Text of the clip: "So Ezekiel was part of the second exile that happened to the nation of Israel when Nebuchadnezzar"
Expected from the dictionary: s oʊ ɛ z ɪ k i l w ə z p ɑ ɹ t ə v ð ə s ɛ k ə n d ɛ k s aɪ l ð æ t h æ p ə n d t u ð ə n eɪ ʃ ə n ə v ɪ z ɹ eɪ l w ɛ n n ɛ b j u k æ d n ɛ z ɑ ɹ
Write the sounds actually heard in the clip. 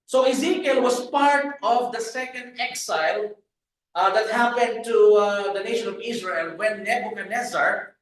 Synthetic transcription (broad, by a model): s oʊ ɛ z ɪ k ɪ l w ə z p ɑ ɹ t ə v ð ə s ɛ k ə n d ɛ k s aɪ l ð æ t h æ p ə n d t u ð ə n eɪ ʃ ə n ə v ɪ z ɹ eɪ l w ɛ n n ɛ b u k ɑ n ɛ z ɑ ɹ